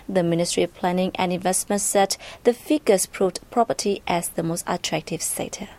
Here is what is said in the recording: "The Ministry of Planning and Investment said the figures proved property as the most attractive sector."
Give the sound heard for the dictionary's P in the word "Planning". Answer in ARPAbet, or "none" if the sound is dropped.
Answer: P